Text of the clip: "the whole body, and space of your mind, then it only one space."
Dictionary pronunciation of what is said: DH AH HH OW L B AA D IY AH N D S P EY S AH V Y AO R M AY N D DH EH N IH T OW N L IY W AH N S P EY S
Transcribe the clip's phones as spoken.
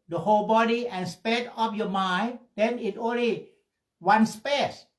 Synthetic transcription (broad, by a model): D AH HH OW L B AA D IY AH N S P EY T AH P Y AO M AY N D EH N IH T OW N L IY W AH N S P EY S